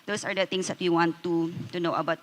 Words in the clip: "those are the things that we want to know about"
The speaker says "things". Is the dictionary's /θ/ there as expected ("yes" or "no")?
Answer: no